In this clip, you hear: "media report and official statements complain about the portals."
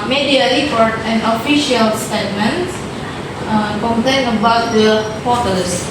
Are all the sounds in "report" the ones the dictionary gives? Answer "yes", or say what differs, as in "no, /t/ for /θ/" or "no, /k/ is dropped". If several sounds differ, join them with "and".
no, /l/ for /ɹ/ and /f/ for /p/